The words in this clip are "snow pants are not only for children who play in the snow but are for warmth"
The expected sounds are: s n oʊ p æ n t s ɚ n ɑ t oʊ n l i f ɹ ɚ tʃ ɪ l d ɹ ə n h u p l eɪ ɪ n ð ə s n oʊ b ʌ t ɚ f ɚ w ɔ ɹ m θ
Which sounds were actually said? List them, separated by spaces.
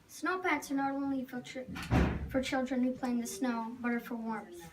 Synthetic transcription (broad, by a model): s n oʊ p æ t s ɚ n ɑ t oʊ n l i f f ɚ tʃ ɪ l d ɹ ə n h u p l eɪ ɪ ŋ ð ə s n oʊ b ʌ t ɚ f ɚ w ɔ ɹ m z